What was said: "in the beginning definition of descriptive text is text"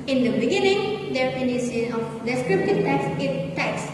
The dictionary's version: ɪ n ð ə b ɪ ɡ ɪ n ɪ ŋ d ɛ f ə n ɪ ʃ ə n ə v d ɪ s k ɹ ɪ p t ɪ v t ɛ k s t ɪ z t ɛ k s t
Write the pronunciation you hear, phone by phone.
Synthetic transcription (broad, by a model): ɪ n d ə b ɪ ɡ ɪ n ɪ ŋ d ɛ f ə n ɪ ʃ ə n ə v d ɪ s k ɹ ɪ p t ɪ v t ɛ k s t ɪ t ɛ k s